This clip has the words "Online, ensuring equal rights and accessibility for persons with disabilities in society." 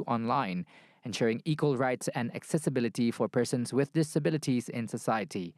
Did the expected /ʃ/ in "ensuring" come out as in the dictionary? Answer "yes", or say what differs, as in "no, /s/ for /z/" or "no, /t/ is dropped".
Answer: yes